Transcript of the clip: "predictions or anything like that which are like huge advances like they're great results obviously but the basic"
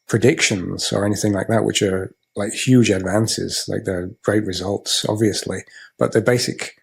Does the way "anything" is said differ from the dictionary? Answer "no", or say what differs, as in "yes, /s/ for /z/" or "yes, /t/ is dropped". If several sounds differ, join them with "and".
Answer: no